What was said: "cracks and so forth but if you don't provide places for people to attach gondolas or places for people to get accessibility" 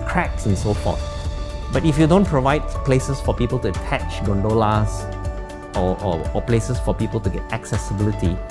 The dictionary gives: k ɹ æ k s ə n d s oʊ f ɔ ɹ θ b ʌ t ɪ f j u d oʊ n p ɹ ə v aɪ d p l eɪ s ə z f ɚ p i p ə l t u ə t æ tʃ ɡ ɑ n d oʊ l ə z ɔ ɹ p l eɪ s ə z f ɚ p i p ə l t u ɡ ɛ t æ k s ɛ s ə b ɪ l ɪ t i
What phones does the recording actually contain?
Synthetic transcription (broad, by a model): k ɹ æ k s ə n s oʊ f ɔ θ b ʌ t ɪ f j u d oʊ n p ɹ ə v aɪ d p l eɪ s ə s f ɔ p i p ə l t u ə t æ tʃ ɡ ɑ n d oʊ l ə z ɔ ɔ p l eɪ s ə s f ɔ p i p ə l t u ɡ ɛ t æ k s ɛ s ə b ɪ l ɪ t i